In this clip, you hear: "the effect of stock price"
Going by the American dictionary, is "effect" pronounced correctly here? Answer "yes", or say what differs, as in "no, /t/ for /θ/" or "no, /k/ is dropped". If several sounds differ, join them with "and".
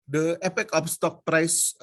no, /p/ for /f/ and /t/ is dropped